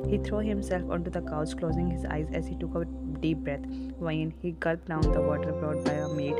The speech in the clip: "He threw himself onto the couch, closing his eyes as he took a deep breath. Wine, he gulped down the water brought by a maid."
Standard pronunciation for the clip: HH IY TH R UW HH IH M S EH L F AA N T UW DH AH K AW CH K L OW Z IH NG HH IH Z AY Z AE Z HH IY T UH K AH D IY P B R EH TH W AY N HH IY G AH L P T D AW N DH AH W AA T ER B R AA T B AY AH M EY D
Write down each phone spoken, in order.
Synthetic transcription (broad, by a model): HH IY T R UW HH IH M S EH L F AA N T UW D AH K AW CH K L OW Z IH NG HH IH Z AY Z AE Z HH IY T UH K AH D IY P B R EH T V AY N HH IY G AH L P D AW N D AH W AA T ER B R AA T B AY AH M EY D